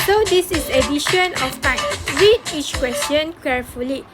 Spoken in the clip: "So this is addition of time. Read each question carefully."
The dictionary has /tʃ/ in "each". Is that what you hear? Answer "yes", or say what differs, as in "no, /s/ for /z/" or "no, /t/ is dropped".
yes